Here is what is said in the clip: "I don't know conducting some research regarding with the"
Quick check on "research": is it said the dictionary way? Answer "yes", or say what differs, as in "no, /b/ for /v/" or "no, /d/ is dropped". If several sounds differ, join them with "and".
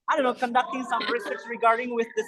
no, /s/ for /tʃ/